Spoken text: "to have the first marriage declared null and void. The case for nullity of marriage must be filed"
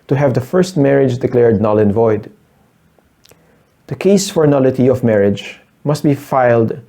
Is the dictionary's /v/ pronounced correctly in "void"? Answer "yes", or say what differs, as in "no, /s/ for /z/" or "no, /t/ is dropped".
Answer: yes